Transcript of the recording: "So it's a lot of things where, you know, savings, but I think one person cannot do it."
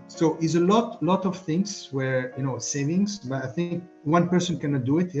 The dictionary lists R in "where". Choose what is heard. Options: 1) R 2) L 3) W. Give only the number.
1